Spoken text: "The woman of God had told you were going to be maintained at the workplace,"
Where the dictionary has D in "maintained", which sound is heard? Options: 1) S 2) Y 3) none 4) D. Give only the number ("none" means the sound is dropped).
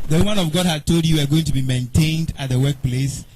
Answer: 4